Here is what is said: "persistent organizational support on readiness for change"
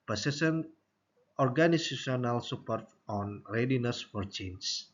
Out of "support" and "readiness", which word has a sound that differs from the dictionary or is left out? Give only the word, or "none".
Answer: none